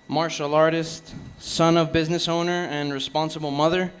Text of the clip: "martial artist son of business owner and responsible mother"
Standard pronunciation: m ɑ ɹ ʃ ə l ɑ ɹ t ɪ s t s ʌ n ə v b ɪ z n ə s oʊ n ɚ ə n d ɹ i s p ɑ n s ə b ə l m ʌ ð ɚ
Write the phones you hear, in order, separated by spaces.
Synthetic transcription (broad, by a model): m ɑ ɹ ʃ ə l ɑ ɹ t ɪ s t s ʌ n ə v b ɪ z n ə s oʊ n ɚ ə n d ɹ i s p ɑ n s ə b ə l m ʌ ð ɚ